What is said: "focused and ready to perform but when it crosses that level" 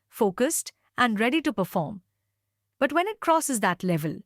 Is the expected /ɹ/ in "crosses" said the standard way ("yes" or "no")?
yes